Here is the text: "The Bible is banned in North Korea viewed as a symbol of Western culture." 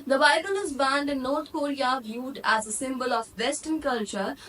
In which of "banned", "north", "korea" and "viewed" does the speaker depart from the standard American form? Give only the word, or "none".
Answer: north